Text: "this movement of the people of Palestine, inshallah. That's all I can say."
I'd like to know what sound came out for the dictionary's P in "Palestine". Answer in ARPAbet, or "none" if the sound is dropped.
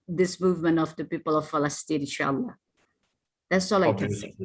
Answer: F